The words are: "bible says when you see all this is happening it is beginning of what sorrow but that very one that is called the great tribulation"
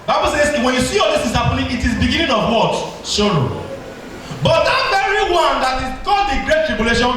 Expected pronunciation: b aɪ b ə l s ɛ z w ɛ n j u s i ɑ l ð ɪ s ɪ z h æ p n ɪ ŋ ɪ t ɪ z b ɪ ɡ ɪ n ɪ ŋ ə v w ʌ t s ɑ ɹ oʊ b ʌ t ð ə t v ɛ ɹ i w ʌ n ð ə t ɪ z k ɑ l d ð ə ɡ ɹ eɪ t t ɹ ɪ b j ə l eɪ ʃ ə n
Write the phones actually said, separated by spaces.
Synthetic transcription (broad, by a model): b aɪ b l s ɛ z w ɛ n j u s i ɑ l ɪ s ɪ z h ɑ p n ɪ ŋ ɪ t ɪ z b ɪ ɡ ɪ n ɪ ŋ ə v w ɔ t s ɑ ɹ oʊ b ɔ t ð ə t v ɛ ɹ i w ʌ n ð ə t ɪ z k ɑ d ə ɡ ɹ eɪ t t ɹ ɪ b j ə l eɪ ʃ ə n